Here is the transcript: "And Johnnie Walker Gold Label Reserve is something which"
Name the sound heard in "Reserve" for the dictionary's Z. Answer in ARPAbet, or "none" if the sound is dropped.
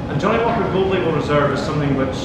Z